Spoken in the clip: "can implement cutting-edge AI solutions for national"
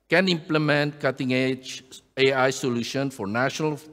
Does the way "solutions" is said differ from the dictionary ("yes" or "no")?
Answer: yes